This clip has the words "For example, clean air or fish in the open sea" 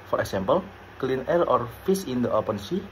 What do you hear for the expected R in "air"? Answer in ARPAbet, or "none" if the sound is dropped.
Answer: L